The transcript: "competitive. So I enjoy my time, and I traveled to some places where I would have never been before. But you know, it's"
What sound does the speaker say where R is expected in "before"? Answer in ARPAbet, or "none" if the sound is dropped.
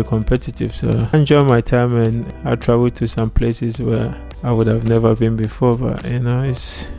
R